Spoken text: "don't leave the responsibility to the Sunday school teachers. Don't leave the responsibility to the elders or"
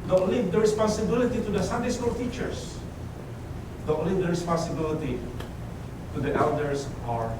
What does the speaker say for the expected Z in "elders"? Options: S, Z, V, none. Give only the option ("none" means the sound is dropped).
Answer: S